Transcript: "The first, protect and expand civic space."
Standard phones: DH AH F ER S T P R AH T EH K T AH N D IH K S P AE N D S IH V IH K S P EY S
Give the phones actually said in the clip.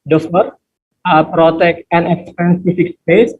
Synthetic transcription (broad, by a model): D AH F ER T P R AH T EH K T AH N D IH K S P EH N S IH F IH K S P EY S